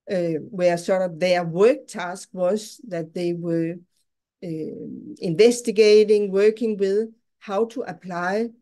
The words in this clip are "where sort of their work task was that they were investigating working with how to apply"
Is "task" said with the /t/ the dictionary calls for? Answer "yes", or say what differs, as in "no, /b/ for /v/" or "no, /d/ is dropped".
yes